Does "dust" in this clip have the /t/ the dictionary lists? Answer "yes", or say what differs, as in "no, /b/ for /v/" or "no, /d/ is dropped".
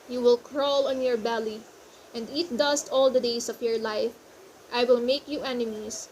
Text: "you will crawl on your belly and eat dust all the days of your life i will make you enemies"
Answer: yes